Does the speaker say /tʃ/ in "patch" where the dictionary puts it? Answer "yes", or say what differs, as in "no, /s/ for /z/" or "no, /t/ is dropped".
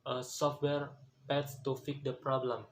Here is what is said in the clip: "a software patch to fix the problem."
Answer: no, /s/ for /tʃ/